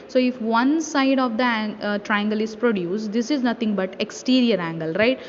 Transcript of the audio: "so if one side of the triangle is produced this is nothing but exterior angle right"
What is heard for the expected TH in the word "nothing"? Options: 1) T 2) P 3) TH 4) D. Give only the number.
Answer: 1